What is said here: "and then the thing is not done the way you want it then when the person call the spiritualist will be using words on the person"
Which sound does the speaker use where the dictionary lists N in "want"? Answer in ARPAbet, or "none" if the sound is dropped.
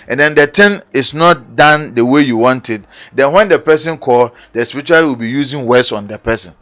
N